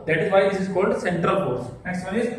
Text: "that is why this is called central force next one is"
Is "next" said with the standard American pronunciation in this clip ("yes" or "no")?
no